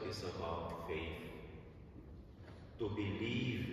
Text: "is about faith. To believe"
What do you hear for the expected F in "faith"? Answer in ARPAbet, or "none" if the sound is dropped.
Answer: F